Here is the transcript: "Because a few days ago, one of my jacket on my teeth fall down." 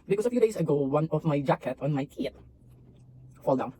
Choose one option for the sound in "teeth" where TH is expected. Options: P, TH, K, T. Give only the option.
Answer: T